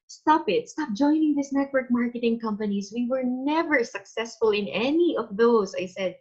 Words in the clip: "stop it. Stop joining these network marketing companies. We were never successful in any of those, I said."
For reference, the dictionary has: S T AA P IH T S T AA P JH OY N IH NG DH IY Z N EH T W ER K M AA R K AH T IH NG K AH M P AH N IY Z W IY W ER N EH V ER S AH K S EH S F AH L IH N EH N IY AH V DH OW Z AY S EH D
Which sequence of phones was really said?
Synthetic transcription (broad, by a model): S T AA P IH T S T AA P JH OY N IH NG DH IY S N EH T W ER K M AA R K AH T IH NG K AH M P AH N IY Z W IY W ER N EH V ER S AH K S EH S F AH L IH N EH N IY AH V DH OW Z AY S EH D